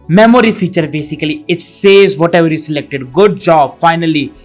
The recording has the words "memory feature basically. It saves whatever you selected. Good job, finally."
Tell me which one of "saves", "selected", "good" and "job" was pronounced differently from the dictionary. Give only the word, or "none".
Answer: saves